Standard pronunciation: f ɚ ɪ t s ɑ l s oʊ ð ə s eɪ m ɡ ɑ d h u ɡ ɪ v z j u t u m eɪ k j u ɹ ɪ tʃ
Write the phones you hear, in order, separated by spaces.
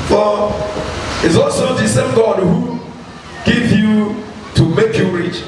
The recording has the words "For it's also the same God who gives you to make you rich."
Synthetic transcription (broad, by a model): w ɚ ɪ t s ɑ l s oʊ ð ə s eɪ m ɡ ɑ d h u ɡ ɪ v j u t u m eɪ k j u ɹ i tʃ